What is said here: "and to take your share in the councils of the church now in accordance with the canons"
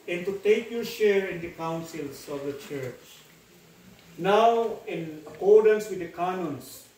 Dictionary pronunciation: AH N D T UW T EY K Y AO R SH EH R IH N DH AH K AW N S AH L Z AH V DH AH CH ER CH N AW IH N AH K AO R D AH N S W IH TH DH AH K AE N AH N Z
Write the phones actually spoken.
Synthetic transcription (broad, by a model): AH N T UW T EY K Y AO R SH EH R IH N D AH K AW N S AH L S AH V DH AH CH ER CH N AW IH N AH K AO R D AH N S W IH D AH K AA N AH N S